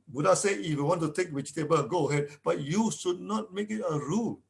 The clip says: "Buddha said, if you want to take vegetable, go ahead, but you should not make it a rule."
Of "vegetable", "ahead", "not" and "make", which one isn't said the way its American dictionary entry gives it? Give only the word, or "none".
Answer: vegetable